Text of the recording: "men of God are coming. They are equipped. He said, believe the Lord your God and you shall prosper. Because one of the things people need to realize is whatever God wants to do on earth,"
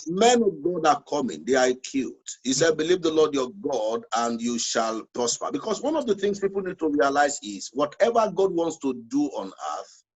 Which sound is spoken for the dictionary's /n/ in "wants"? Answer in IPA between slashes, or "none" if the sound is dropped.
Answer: /n/